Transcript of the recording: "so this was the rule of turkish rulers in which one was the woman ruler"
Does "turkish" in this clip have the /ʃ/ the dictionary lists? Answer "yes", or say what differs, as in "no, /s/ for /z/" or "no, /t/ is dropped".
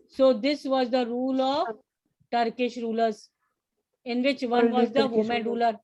yes